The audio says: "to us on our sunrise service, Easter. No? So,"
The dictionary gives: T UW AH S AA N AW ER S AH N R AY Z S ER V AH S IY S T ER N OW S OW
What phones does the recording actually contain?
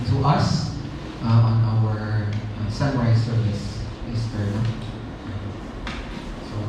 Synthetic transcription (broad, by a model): T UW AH S AA N AW ER S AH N W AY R S ER V AH S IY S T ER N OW S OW